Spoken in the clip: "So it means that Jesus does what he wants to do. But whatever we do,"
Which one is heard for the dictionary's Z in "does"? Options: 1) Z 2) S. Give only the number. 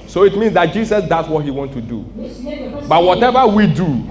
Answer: 2